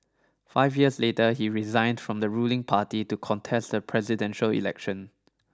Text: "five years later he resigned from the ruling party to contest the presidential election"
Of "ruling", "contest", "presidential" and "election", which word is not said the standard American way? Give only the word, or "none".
none